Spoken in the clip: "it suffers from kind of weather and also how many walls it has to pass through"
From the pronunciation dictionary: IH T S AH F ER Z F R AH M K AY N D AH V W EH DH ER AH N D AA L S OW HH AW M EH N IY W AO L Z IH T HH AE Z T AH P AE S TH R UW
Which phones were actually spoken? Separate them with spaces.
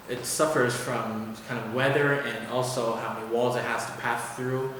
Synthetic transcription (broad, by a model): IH T S AH F ER Z F R AH M K AY N D AH V W EH DH ER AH N AA L S OW HH AW M EH N IY W AO L Z IH T HH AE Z T AH P AE S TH R UW